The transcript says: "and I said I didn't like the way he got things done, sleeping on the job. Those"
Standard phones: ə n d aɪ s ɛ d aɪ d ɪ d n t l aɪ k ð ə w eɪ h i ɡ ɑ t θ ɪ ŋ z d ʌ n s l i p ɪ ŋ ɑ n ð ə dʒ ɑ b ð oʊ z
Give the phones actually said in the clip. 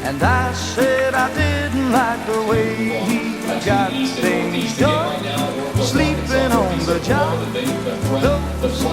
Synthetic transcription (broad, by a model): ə n aɪ s ɛ d aɪ d ɪ d n t l aɪ k ð ə w eɪ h i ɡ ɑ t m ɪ z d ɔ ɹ s l i p ɪ ŋ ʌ n ð ə dʒ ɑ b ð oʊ